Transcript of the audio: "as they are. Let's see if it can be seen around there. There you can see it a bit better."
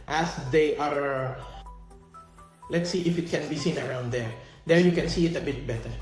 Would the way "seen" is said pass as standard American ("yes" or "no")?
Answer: yes